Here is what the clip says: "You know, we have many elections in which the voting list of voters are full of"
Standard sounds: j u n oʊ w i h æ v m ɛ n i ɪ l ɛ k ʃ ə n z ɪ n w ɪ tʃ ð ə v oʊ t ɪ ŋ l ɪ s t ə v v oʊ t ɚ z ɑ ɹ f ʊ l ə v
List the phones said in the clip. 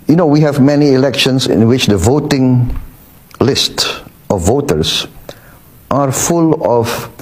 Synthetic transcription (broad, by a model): j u n oʊ w i h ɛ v m ɛ n i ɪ l ɛ k ʃ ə n s ɪ n w ɪ tʃ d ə v oʊ t ɪ ŋ l ɪ s t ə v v oʊ t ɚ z ɑ ɹ f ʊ l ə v